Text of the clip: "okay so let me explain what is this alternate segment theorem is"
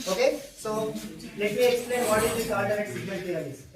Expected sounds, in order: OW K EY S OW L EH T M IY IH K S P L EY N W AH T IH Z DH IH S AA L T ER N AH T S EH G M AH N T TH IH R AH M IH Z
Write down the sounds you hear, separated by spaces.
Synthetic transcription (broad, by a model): OW K EY S OW L EH T M IY IH K S P L EY N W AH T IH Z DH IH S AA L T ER AH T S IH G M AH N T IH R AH IH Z